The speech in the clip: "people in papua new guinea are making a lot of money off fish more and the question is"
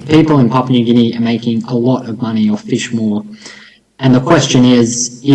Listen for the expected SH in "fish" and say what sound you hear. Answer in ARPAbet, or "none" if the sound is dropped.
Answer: SH